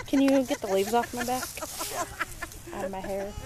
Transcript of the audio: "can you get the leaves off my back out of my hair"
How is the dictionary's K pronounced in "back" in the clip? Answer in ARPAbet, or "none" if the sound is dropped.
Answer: K